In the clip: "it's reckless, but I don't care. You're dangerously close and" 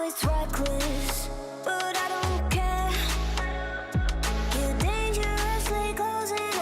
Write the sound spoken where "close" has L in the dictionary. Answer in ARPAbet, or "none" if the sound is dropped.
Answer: none